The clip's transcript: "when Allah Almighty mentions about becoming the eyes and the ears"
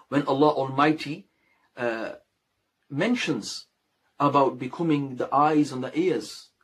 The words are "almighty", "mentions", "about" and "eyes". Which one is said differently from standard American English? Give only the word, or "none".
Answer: none